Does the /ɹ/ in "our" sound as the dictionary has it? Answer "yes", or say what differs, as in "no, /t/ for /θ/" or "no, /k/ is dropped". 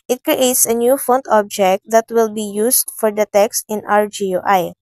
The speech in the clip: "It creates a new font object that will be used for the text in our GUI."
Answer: yes